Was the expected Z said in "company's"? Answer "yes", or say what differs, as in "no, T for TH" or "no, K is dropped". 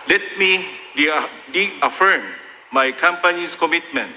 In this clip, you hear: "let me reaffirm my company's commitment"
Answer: no, S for Z